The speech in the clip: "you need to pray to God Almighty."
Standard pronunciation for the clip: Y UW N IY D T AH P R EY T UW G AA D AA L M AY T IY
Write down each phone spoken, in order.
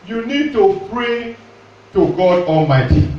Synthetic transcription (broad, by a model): Y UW N IY D T AH P R EY T UW G AA D AA L M AY T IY